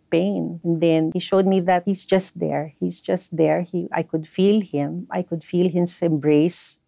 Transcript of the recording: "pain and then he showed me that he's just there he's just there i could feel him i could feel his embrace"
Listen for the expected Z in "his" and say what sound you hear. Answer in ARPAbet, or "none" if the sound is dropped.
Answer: S